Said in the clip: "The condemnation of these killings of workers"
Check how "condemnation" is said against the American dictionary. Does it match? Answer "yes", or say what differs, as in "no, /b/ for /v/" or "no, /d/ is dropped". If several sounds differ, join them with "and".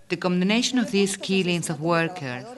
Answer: no, /m/ is dropped